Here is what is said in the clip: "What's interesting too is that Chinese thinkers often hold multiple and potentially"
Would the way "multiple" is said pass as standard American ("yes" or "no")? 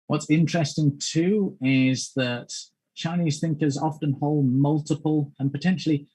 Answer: yes